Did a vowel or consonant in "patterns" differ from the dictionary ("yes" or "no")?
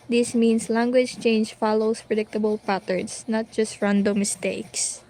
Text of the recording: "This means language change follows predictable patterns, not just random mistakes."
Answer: yes